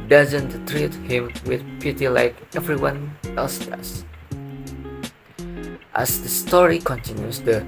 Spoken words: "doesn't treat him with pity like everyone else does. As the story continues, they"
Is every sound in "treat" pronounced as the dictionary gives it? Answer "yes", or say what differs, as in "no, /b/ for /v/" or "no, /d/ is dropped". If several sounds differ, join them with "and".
yes